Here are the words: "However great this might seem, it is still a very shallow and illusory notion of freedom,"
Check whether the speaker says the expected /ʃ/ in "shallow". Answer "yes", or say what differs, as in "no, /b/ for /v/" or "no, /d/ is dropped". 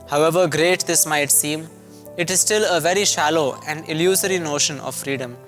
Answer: yes